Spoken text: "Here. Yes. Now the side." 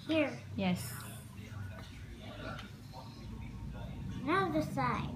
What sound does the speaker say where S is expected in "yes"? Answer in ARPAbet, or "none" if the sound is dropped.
S